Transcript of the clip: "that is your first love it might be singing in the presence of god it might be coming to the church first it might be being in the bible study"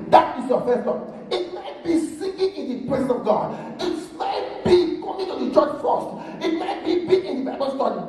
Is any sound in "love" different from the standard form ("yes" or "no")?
yes